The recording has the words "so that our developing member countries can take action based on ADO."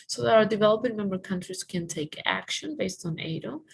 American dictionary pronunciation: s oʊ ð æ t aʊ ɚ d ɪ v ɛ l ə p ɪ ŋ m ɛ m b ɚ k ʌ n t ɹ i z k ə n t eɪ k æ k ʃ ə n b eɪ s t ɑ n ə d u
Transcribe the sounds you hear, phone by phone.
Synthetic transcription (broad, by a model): s oʊ ð æ t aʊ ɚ d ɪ v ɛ l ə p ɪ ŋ m ɛ m b ɚ k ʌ n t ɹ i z k ə n t eɪ k æ k ʃ ə n b eɪ s t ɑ n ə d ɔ